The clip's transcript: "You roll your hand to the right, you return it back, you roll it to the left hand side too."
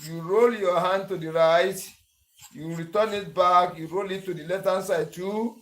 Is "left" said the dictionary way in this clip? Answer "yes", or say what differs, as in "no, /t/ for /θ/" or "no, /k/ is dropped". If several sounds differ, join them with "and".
no, /f/ is dropped